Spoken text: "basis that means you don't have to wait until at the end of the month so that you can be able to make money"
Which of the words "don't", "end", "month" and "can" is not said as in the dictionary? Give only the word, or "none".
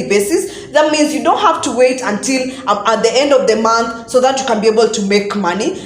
none